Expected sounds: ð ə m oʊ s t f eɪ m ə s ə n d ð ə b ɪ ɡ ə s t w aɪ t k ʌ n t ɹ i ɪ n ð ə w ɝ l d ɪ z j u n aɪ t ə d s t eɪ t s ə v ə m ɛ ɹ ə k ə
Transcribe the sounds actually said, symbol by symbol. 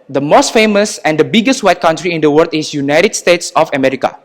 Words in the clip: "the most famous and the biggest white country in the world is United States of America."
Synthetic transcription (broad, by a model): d ə m oʊ s t f eɪ m ə s ə n d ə b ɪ ɡ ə s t w aɪ t k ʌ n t ɹ i ɪ n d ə w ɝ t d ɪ s j u n aɪ t ə d s t eɪ t s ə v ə m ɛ ɹ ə k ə